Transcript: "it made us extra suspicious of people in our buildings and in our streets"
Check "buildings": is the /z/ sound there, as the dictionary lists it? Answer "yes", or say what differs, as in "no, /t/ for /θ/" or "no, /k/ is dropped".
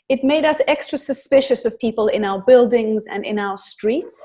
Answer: yes